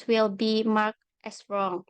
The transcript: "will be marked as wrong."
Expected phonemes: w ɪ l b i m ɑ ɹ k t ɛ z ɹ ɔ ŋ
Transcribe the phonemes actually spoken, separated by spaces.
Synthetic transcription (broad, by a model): w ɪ l b i m ɑ ɹ k t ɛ s ɹ ɔ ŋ